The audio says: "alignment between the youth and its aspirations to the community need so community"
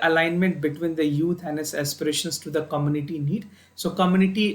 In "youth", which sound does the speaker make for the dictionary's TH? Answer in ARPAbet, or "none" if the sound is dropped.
T